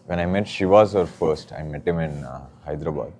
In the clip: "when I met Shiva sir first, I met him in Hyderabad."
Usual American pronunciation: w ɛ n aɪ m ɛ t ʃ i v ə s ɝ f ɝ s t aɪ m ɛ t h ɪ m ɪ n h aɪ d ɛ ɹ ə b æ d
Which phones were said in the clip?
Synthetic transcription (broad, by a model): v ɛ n aɪ m ɛ t ʃ i v ə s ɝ f ɝ s t aɪ m ɛ t h ɪ m ɪ n h aɪ d ɹ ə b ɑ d